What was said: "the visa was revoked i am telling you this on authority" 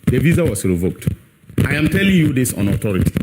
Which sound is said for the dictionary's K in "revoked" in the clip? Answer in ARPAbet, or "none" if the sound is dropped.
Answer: K